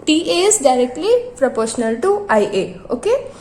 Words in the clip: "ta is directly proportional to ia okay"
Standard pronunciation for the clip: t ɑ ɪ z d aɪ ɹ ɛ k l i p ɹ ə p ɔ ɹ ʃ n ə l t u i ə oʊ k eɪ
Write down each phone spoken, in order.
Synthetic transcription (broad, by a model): t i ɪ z d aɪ ɹ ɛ k l i p ɹ ə p ɔ ɹ ʃ n ə l t u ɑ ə oʊ k eɪ